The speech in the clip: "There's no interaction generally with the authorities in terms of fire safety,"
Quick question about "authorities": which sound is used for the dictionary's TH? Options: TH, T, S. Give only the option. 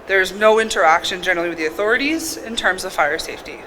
TH